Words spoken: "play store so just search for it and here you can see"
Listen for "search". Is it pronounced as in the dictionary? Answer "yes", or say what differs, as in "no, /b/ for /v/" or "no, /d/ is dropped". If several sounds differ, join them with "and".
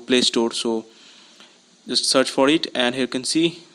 yes